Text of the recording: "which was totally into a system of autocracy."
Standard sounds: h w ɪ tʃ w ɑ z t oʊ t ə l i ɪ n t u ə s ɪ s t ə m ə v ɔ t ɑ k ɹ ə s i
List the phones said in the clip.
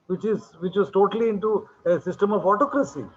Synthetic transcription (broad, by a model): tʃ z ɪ tʃ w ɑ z t oʊ t ə l i ɪ n t u ə s ɪ s t ə m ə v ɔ t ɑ k ɹ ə s i